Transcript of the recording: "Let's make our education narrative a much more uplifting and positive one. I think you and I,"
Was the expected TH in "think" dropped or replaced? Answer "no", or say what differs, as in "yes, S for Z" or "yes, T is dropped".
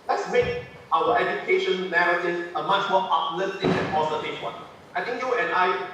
yes, T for TH